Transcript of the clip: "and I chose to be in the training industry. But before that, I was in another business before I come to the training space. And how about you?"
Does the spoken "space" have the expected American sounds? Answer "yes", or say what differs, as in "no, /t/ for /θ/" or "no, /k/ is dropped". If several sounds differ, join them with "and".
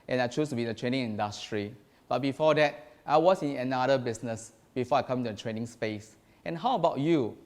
yes